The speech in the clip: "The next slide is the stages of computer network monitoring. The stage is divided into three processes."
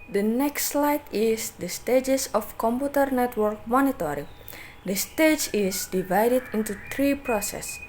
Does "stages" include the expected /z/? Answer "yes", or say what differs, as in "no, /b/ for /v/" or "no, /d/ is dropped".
no, /s/ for /z/